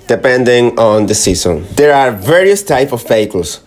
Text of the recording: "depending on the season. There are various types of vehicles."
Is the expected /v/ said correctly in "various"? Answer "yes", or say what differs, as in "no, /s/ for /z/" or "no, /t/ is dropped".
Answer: yes